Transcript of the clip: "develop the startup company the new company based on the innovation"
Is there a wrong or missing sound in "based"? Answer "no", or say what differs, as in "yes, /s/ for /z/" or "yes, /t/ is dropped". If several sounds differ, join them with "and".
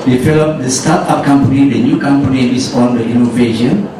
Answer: yes, /t/ is dropped